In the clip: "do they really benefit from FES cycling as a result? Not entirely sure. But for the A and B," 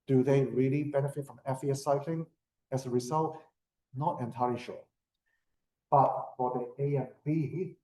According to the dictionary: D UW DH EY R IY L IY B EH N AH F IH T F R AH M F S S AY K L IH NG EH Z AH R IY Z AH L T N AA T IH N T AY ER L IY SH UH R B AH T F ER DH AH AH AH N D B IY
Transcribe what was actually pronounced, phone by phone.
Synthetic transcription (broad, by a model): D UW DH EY R IY L IY B EH N AH F IH T F R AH M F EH S AY K L IH NG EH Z AH R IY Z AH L T N AA T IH N T AY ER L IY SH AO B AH T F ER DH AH AH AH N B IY